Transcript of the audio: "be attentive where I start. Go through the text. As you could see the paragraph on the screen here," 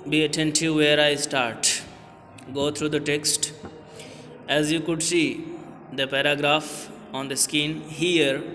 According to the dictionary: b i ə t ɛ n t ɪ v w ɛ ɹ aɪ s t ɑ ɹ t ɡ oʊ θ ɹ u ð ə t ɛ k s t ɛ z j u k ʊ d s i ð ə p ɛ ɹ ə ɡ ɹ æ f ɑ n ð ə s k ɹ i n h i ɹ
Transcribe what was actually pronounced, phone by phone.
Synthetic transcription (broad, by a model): b i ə t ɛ n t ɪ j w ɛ ɹ aɪ s t ɑ ɹ t ɡ oʊ t ɹ u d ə t ɛ k s t ɛ z j u k ʊ d s i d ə p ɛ ɹ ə ɡ ɹ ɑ f ɑ n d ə s k i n h i ɹ